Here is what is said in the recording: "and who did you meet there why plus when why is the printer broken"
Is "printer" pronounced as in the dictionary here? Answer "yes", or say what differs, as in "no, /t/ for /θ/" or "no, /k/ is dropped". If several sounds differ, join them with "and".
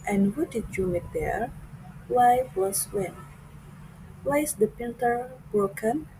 no, /ɹ/ is dropped